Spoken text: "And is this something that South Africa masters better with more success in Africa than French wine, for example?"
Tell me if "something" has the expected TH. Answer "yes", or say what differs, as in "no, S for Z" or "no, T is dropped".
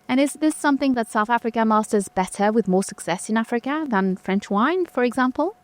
yes